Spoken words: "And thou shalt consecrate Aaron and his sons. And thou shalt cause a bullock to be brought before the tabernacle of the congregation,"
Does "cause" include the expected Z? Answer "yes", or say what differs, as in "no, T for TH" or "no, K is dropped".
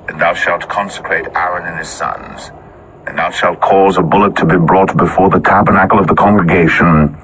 yes